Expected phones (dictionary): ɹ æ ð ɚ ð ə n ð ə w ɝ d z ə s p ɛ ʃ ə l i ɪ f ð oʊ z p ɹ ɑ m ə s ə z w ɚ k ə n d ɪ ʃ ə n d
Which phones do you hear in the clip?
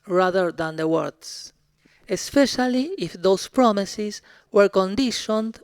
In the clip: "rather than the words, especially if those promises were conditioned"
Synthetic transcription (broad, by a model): ɹ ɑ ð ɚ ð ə n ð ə w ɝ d s ə s p ɛ ʃ ə l i ɪ f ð oʊ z p ɹ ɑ m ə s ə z w ɚ k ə n d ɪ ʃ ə n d